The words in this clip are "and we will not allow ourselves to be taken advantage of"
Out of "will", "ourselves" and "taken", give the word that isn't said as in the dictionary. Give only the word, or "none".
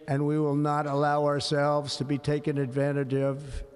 none